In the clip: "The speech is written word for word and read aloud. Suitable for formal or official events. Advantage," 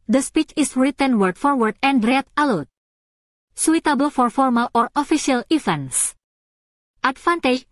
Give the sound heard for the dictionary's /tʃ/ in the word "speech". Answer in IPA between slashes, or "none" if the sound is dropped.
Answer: /tʃ/